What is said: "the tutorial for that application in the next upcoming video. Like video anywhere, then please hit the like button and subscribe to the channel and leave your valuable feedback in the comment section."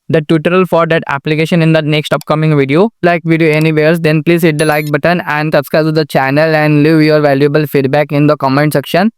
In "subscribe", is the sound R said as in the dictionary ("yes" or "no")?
no